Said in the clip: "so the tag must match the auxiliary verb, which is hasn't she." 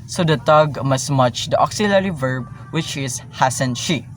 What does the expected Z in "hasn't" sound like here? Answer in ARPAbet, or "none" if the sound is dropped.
S